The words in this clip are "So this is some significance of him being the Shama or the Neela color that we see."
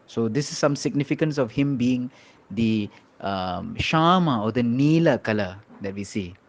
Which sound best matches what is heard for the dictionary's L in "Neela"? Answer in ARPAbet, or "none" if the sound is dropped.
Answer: L